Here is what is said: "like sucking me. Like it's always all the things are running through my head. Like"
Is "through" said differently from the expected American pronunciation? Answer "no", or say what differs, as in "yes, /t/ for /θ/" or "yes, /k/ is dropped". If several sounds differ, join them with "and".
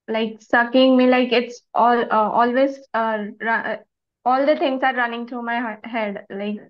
yes, /t/ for /θ/